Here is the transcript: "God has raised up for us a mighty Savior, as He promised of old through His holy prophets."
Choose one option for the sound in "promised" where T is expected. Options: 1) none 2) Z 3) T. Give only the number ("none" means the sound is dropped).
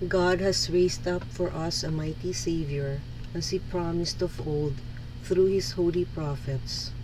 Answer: 3